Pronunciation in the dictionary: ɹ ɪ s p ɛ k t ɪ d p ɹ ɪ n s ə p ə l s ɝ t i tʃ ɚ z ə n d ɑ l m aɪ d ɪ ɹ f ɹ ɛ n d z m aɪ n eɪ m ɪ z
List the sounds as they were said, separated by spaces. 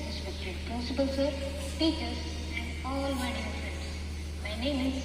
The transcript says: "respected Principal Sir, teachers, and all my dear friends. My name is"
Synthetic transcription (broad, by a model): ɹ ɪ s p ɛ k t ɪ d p ɔ s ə b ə l s ɝ t i tʃ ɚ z ə n d ɑ l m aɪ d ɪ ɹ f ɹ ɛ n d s m aɪ n eɪ m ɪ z